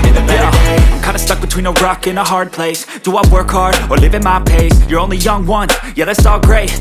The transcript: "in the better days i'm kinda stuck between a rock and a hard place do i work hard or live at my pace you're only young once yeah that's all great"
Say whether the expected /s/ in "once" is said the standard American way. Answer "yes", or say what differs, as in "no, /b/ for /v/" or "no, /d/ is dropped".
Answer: no, /s/ is dropped